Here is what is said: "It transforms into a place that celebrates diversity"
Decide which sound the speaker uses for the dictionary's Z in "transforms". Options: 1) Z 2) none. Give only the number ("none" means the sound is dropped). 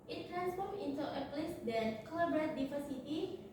2